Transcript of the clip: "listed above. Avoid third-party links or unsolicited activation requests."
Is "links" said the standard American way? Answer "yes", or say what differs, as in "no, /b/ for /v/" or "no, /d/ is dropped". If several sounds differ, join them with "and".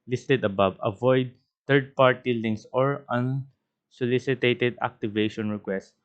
no, /k/ is dropped